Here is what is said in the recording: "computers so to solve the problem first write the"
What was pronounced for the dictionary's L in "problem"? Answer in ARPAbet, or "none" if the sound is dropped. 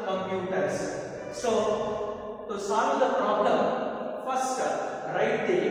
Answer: L